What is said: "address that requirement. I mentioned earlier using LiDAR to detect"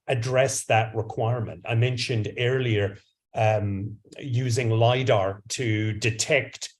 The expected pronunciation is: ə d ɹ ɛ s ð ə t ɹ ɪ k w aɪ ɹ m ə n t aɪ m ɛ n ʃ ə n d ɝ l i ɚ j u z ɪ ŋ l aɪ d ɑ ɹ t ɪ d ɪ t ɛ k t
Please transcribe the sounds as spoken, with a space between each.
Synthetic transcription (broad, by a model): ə d ɹ ɛ s ð ə t ɹ ɪ k w aɪ ɹ m ə n t aɪ m ɛ n ʃ ə n d ɝ l i ɚ j u z ɪ ŋ l aɪ d ɑ ɹ t ɪ d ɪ t ɛ k t